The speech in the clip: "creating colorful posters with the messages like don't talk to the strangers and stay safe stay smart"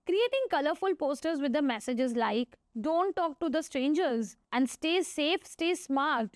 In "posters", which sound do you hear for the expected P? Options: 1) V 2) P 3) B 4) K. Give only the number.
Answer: 2